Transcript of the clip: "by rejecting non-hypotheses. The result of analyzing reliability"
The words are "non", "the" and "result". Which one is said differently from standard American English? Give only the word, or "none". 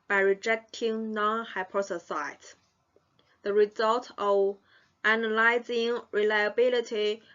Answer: none